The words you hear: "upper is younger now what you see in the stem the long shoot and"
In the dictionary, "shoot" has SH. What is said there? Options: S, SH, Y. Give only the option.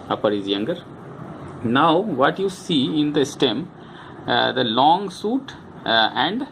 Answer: S